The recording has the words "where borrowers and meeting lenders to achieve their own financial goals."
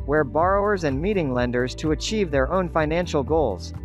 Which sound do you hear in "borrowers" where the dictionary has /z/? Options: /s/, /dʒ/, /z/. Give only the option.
/z/